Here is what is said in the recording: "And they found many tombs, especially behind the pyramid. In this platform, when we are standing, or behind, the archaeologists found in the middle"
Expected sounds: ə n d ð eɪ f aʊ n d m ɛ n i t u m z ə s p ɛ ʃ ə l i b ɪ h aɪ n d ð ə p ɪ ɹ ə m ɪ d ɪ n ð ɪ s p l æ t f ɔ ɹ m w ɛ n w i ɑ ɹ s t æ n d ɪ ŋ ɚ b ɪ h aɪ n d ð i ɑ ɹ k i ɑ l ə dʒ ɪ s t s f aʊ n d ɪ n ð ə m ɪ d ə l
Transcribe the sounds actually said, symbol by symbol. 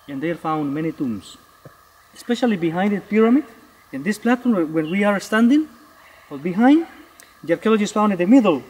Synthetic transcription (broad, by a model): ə n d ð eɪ f aʊ n d m ɛ n i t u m s ə s p ɛ ʃ ə l i b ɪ h aɪ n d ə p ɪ ɹ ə m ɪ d ɪ n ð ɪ s p l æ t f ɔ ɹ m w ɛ n w i ɑ ɹ s t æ n d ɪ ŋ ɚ b ɪ h aɪ n d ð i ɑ ɹ k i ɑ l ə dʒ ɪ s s f aʊ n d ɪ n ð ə m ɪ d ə l